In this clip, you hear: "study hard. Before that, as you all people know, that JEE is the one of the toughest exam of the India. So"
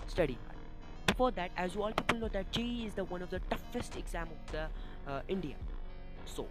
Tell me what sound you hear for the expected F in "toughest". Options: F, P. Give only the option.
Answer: F